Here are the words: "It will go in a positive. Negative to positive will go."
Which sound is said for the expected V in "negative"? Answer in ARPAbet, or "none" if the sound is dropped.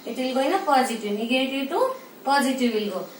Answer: W